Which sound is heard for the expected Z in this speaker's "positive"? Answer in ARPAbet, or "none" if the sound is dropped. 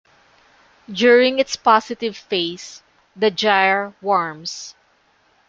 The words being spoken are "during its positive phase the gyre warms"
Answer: S